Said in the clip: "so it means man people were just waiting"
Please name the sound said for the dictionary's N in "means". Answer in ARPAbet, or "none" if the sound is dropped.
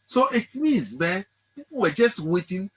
none